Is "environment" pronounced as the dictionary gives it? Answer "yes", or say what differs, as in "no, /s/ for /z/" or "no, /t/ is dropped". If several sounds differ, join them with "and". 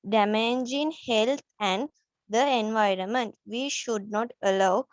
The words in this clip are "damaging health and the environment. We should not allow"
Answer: yes